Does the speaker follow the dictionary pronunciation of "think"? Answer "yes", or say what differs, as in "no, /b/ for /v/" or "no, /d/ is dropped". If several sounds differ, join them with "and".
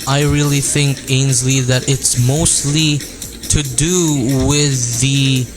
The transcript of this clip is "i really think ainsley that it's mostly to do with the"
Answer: yes